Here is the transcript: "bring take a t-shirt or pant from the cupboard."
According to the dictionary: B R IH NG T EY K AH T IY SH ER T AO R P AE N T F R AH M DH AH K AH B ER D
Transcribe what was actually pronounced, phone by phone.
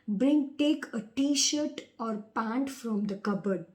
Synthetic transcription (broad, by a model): B R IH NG T EY K AH T IY SH ER T AO R P AE N T F R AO M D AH K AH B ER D